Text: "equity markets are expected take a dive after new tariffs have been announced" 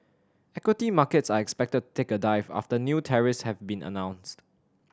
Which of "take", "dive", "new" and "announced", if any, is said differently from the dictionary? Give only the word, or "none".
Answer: none